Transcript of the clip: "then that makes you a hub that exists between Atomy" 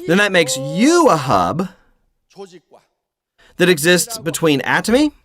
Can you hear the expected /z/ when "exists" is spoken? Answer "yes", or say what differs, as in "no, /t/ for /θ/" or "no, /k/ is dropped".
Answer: yes